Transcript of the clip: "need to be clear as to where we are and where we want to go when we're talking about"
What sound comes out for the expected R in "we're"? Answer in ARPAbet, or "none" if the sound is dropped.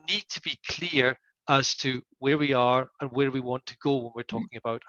R